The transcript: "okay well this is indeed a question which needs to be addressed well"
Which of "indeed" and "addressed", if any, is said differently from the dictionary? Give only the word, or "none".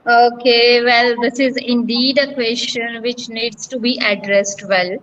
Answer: none